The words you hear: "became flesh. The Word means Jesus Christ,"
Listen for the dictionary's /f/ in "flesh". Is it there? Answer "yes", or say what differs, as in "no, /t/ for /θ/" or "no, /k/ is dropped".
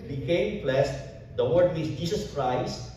no, /p/ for /f/